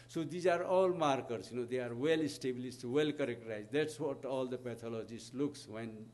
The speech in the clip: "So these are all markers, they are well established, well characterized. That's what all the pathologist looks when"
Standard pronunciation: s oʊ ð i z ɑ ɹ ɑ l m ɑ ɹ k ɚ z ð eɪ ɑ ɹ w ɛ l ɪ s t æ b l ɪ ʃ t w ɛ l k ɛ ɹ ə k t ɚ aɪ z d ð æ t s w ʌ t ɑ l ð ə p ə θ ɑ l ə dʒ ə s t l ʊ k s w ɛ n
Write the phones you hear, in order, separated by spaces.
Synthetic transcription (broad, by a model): s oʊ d i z ɑ ɹ ɑ l m ɑ ɹ k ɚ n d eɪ ɑ ɹ w ɛ l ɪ s t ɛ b l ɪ s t w ɛ l k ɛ ɹ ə k t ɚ aɪ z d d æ t s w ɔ t ɑ l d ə p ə t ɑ l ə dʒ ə s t l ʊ k s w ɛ n